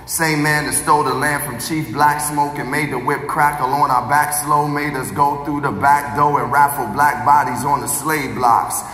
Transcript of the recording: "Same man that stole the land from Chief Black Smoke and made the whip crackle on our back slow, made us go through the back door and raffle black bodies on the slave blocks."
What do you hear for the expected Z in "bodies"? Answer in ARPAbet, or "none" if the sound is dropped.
Z